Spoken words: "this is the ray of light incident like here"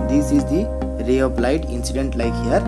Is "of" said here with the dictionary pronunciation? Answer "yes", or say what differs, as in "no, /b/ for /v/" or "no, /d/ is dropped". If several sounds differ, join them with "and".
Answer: no, /p/ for /v/